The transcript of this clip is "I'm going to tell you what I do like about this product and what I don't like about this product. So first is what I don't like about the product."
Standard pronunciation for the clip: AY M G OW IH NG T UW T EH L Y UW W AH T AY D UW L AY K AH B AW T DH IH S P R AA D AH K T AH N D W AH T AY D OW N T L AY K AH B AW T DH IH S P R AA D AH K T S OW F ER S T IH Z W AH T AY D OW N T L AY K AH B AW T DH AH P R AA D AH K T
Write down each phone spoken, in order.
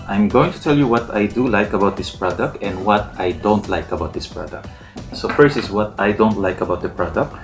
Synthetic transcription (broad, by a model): AY M G OW IH NG T UW T EH L Y UW W AH T AY D UW L AY K AH B AW T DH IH S P R AA D AH K T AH N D W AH T AY D OW N T L AY K AH B AW T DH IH S P R AA D AH K T S OW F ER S IH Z W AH T AY D OW N T L AY K AH B AW T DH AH P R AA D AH K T